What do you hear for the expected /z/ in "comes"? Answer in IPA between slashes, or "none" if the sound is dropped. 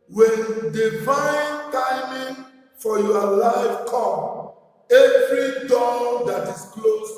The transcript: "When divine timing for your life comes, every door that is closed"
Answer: none